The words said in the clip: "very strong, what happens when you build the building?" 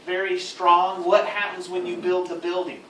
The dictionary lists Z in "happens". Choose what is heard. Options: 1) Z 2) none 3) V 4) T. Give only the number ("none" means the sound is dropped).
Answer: 1